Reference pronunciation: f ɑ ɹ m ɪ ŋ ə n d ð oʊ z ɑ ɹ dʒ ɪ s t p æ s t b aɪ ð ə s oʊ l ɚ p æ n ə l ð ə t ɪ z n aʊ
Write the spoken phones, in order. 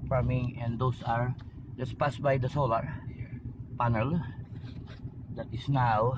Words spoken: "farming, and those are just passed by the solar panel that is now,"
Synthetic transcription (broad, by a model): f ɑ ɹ m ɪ ŋ ə n d oʊ s ɑ ɹ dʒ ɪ s p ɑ s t b aɪ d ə s oʊ l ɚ p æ n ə l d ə t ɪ s n aʊ